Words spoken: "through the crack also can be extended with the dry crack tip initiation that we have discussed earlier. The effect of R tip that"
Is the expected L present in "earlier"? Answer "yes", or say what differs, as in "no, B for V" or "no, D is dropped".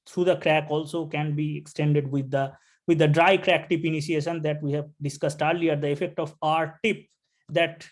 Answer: yes